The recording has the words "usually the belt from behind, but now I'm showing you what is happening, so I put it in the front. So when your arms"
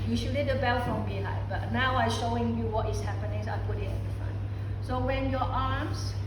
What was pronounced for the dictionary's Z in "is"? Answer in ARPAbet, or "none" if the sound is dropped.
S